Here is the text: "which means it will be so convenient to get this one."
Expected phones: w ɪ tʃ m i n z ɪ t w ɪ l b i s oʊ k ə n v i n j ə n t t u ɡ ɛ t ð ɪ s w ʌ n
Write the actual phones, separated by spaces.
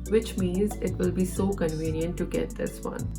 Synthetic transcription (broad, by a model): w ɪ tʃ m i n z ɪ t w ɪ l b i s oʊ k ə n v i n j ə n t t u ɡ ɛ t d ɪ s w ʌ n